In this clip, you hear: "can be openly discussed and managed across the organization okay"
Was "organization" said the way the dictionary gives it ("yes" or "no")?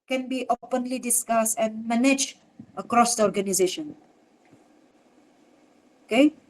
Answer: yes